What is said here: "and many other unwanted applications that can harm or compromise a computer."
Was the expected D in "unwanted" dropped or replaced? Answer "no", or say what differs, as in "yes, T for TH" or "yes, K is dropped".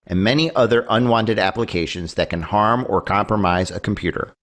no